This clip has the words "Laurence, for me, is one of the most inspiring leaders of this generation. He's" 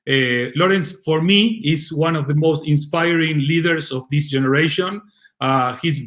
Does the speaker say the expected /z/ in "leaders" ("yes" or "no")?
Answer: no